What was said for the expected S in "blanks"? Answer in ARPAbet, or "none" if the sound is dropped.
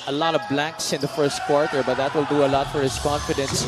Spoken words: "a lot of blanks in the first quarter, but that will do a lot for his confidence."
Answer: S